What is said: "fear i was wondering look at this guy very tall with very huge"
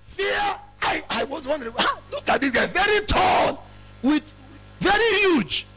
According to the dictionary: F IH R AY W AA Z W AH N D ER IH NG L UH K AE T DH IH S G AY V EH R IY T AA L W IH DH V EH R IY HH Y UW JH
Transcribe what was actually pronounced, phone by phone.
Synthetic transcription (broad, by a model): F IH AY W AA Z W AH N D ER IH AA L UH K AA T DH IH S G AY V EH R IY T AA N W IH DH V EH R IY HH Y UW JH